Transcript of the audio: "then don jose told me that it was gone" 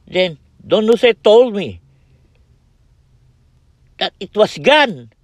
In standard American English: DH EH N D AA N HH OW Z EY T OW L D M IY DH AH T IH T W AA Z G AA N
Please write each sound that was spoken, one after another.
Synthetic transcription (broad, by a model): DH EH N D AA N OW S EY T OW L D M IY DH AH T IH T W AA S G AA N